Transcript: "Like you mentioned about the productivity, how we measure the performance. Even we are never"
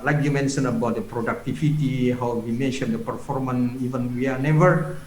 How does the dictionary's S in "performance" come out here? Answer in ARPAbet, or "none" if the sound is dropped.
none